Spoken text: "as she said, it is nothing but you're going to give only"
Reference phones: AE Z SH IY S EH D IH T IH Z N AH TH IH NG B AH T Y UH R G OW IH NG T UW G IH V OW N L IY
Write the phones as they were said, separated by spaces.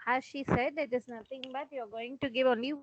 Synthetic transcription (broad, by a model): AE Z SH IY S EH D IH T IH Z N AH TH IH NG B AH T Y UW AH G OW IH NG T UW G IH V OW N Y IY